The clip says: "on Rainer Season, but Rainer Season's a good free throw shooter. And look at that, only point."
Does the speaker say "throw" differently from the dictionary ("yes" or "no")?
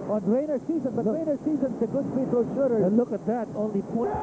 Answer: yes